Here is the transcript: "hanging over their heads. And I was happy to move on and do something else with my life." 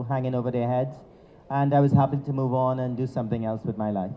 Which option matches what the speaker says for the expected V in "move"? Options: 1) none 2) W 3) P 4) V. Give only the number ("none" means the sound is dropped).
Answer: 4